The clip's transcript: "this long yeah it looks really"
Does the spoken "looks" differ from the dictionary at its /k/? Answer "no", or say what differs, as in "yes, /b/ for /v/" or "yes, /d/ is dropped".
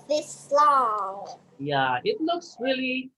no